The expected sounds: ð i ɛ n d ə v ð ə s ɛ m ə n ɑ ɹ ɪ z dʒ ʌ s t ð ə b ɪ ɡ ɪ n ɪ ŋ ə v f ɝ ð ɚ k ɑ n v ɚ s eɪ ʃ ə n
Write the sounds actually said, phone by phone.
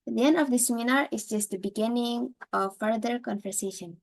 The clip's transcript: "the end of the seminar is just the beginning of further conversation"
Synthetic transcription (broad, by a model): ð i ɛ n d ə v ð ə s ɛ m ə n ɑ ɹ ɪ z dʒ ʌ s t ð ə b ɪ ɡ ɪ n ɪ ŋ ə v f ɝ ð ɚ k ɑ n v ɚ s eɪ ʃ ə n